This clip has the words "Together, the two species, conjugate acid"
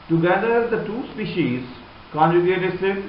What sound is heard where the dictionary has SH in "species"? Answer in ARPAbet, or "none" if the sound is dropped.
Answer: SH